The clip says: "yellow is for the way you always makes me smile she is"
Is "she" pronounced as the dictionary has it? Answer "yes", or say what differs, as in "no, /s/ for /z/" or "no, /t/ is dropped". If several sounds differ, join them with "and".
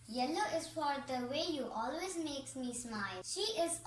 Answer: yes